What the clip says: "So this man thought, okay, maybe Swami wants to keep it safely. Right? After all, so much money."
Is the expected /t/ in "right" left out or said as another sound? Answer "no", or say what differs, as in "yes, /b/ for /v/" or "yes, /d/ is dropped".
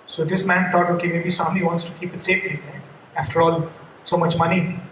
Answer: yes, /t/ is dropped